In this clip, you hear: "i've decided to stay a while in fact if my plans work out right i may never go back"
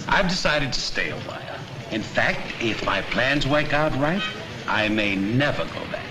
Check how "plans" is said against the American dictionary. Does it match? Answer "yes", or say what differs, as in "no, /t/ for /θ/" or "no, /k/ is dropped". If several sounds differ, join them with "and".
yes